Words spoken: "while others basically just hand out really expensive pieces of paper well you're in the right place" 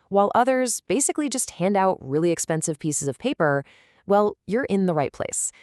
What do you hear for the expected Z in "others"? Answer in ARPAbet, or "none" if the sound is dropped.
Z